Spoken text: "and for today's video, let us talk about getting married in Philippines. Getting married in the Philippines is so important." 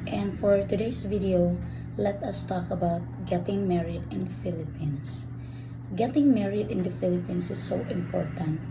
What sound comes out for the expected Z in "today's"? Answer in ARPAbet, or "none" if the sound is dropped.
S